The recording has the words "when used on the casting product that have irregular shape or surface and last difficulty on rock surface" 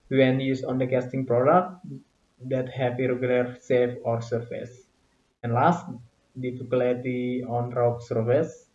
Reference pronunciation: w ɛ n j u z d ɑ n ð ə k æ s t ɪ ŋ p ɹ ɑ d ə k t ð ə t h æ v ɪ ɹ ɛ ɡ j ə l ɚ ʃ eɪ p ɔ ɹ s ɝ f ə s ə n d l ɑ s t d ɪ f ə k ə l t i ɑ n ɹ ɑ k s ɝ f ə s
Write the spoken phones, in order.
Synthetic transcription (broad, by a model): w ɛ n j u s ɑ n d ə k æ s t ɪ ŋ p ɹ ɑ d ə k t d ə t h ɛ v ɪ ɹ ɛ ɡ j ə l ɚ s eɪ f ɔ ɹ s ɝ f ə s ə n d l ɑ s t d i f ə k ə l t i ɑ n ɹ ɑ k s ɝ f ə s